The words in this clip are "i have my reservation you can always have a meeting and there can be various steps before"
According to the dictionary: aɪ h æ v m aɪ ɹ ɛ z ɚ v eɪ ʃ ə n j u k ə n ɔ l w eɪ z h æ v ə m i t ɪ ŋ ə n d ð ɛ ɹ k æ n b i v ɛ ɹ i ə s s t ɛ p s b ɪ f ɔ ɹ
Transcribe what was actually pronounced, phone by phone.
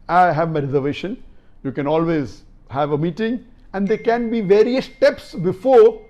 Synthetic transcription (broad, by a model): aɪ h æ v m aɪ ɹ ɛ z ɚ v eɪ ʃ ə n j u k ə n ɔ l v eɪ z h æ v ə m i t ɪ ŋ ə n d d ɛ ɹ k æ n b i v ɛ ɹ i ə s s t ɛ p s b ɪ f ɔ ɹ